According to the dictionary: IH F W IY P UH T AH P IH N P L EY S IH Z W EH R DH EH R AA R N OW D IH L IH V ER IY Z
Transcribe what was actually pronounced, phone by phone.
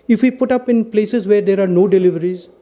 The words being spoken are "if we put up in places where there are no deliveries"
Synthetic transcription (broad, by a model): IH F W IY P UH T AH P IH N P L EY S IH Z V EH R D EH R AA R N OW D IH L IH V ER IY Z